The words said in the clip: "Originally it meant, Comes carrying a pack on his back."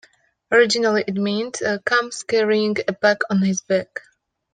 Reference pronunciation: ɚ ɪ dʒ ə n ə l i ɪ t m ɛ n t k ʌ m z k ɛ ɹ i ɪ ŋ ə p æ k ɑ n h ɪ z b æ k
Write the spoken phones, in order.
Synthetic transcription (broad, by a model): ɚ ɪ dʒ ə n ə l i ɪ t m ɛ n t k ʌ m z k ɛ ɹ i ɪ ŋ ə b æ k ɑ n h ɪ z b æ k